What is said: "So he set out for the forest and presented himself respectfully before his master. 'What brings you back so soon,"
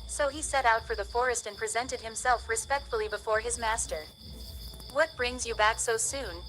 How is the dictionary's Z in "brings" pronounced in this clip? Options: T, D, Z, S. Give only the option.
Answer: Z